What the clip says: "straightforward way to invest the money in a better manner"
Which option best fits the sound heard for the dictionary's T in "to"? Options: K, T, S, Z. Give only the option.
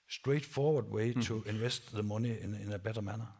S